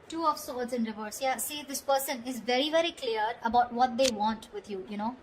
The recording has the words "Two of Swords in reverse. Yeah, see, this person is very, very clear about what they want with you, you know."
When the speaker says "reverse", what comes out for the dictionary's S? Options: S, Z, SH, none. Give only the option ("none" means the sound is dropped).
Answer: S